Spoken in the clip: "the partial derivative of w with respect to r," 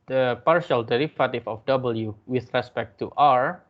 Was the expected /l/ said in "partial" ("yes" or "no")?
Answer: yes